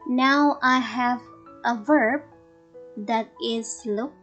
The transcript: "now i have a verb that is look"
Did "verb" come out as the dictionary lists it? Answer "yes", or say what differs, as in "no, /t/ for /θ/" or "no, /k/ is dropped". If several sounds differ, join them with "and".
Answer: yes